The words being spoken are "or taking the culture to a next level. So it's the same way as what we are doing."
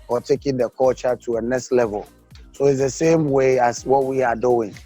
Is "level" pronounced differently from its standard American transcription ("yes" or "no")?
no